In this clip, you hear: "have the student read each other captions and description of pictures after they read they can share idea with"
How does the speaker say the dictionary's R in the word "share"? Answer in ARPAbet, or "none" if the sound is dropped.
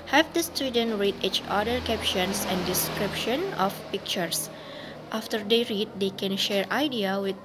R